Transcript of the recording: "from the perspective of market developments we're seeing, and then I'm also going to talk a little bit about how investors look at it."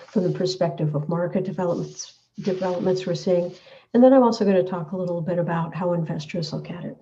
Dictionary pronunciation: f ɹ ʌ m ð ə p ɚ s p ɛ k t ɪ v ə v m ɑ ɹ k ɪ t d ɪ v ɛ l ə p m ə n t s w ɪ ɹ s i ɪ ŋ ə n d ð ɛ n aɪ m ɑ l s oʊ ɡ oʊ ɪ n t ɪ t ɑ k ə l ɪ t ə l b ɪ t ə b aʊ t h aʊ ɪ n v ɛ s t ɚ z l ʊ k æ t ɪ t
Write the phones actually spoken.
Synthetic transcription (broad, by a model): f ɹ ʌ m ð ə p ɚ s p ɛ k t ɪ v ə v m ɑ ɹ k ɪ t d ɪ v ɛ l ə p m ə n t s w ɪ ɹ s i ɪ ŋ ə n ð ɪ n aɪ m ɑ l s oʊ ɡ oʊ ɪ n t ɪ t ɑ k ə l ɪ t l b ɪ t ə b aʊ t h aʊ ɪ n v ɛ s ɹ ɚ s l ʊ k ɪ t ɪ t